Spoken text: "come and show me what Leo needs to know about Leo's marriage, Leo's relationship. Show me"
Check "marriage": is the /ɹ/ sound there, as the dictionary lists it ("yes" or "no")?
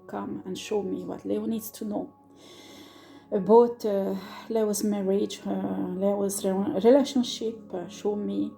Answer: yes